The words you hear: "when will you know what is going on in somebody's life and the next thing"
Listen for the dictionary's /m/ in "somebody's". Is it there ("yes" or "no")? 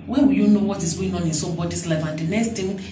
no